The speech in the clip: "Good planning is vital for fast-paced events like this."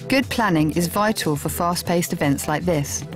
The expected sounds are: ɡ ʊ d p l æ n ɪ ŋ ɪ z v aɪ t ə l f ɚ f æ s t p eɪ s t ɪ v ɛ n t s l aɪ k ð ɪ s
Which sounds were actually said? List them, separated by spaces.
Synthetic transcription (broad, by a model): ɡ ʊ d p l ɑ n ɪ ŋ ɪ z v aɪ t ə l f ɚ f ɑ s p eɪ s t ɪ v ɛ n t s l aɪ k ð ɪ s